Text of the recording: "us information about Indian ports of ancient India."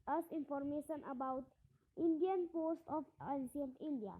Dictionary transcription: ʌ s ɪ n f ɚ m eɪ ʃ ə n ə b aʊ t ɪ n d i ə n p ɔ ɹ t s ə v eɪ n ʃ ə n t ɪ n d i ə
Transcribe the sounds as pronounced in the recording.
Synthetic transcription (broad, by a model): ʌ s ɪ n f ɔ m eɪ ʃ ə n ə b aʊ t ɪ n d i ə n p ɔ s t ə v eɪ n s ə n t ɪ n d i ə